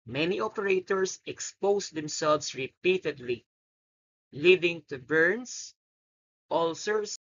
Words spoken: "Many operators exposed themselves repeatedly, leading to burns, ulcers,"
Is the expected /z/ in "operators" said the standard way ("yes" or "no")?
no